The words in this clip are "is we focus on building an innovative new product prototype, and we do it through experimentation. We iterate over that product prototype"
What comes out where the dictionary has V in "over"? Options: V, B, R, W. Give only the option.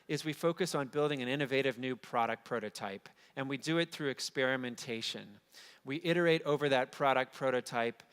V